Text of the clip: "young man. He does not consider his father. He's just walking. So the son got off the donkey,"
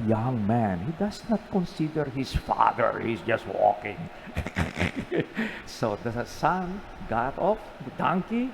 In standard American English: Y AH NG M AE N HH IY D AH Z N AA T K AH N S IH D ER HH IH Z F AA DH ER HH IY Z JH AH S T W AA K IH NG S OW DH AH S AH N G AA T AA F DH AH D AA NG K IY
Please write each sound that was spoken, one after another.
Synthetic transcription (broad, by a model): Y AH NG M AE N HH IY D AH S N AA T K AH N S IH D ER HH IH S F AA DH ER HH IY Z JH AH S T W AA K IH NG S OW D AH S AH N G AA T AA F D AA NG K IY